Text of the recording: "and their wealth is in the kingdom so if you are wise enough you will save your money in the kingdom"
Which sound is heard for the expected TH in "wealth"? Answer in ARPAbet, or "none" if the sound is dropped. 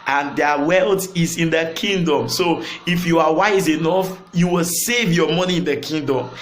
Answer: T